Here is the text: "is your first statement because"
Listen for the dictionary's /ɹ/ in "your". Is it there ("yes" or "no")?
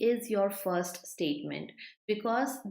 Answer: yes